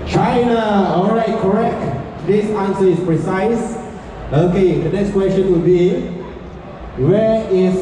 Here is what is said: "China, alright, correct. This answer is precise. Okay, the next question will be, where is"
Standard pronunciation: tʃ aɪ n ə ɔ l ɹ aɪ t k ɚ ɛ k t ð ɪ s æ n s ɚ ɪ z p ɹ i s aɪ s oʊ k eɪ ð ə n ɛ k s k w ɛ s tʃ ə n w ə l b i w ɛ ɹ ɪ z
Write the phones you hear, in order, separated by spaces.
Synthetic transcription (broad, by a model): tʃ aɪ n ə ɔ l ɹ aɪ t k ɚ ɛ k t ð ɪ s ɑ n s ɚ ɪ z p ɹ i s aɪ s oʊ k eɪ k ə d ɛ s k w ɛ s tʃ ə n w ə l b i w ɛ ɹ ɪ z